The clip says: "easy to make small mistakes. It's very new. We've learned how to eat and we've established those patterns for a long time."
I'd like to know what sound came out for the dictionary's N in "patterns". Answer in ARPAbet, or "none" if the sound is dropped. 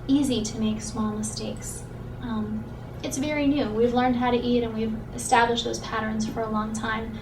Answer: N